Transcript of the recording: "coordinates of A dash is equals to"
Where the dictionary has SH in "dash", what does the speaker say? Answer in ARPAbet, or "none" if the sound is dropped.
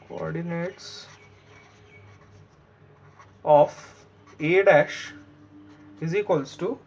SH